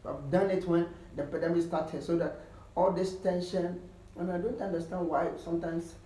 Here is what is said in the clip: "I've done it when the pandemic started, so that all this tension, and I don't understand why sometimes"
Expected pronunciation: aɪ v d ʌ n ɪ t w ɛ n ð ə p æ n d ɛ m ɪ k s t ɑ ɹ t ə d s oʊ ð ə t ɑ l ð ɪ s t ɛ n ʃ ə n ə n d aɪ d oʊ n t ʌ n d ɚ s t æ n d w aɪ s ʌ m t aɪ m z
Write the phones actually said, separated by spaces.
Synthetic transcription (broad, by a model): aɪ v d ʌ n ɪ t w ɛ n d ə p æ d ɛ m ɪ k s t ɑ t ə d s oʊ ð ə t ɑ l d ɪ s t ɛ n ʃ ə n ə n aɪ d oʊ n t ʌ n d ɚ s t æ n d w aɪ s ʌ m t aɪ m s